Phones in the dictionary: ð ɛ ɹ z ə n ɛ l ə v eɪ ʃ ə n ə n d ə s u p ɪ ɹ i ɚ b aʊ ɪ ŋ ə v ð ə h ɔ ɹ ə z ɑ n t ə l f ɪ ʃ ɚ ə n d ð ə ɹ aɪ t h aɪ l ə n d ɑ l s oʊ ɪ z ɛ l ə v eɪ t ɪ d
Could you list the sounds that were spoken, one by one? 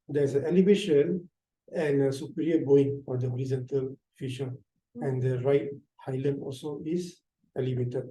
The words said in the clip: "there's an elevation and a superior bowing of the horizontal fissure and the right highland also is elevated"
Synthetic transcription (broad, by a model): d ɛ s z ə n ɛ l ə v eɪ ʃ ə n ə n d ə s u p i ɹ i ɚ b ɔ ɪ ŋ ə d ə h ɔ ɹ ə z ɑ n t ə l f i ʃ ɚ ə n d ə ɹ aɪ t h aɪ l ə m ɑ l s oʊ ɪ s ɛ l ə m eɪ t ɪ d